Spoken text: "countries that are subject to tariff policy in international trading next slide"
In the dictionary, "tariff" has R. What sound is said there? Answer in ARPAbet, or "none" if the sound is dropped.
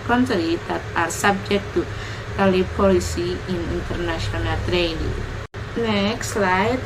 L